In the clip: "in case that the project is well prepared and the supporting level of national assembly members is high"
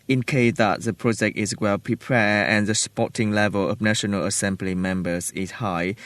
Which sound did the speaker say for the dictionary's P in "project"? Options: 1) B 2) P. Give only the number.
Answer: 2